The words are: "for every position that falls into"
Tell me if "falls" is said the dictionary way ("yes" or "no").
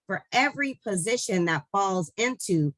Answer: yes